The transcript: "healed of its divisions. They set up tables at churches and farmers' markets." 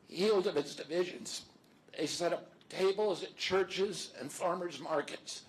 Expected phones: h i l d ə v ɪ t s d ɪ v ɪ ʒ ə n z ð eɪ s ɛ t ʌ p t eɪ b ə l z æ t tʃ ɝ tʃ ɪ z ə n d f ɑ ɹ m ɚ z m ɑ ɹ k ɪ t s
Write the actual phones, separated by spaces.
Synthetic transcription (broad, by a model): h i l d ə v ɪ t s d ɪ v ɪ ʒ ə n z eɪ s ɛ t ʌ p t eɪ b l z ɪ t tʃ ɝ tʃ ɪ z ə n f ɑ ɹ m ɚ z m ɑ ɹ k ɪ t s